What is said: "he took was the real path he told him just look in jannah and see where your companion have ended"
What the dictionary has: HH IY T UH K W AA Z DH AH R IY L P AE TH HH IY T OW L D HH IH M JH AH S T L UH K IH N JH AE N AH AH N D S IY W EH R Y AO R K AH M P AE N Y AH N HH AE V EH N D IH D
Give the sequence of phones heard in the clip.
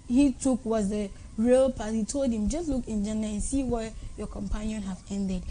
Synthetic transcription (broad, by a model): HH IY T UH K W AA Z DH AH R IY L P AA T HH IY T OW L D HH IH M JH AH S T L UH K IH N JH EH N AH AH N S IY W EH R Y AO K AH M P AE N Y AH N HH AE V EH N D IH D